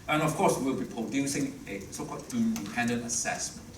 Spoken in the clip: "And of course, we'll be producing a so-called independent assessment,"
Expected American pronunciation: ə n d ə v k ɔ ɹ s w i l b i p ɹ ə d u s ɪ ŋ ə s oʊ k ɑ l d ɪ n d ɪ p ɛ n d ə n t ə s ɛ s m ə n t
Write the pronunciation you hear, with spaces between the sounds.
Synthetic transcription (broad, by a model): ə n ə f k ɔ s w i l b i p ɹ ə d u s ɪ ŋ ə s oʊ k ɑ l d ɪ n d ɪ p ɛ n d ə n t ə s ɛ s m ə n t